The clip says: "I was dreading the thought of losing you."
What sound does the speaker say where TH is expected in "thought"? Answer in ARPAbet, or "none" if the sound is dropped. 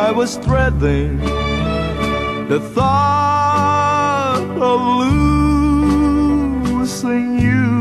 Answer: TH